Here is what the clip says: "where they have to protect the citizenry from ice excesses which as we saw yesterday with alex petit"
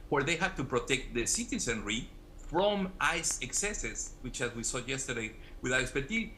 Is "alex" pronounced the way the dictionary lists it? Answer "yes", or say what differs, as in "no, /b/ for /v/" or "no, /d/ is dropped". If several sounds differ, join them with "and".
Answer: no, /k/ is dropped